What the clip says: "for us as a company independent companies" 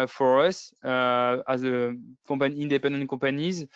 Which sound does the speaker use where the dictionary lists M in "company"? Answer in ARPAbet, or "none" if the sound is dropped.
none